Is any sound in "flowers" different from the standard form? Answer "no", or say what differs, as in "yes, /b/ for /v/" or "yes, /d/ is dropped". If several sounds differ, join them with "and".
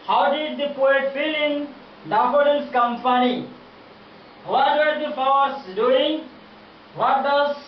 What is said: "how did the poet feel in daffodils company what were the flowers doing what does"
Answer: yes, /l/ is dropped